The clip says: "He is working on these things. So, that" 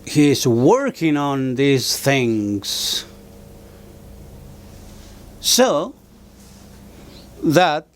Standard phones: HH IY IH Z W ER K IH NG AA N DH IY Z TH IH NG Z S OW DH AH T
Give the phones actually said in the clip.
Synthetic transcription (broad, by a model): HH IY IH Z W ER K IH NG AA N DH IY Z TH IH NG Z S OW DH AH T